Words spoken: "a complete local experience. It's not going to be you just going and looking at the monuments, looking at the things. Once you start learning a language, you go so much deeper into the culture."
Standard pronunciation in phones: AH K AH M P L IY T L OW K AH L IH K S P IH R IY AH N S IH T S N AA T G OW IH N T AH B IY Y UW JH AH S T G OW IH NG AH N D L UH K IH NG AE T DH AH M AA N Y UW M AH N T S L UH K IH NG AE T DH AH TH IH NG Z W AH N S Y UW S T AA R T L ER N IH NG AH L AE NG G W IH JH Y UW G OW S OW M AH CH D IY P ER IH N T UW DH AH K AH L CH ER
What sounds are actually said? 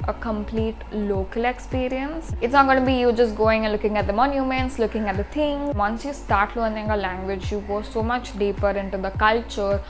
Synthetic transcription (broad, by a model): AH K AH M P L IY T L OW K AH L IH K S P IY R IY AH N S IH T S N AA T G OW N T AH B IY Y UW JH AH S T G OW IH NG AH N L UH K IH NG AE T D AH M AA N Y UW M AH N T S L UH K IH NG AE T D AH T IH NG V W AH N S Y UW S T AA R T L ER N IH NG AH L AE NG G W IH JH Y UW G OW S OW M AH CH D IY P ER IH N T UW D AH K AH L CH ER